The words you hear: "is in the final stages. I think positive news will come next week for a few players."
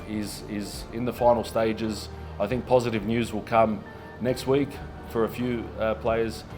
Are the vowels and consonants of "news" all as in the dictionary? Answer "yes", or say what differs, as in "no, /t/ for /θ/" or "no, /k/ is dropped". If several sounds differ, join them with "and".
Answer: yes